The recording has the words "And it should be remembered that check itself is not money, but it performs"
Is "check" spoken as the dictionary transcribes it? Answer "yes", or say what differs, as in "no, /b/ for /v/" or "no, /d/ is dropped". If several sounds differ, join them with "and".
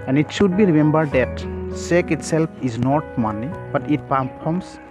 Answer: no, /s/ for /tʃ/